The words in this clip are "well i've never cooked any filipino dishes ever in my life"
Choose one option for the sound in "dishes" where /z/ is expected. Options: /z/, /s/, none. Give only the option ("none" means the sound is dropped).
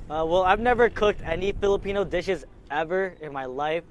/z/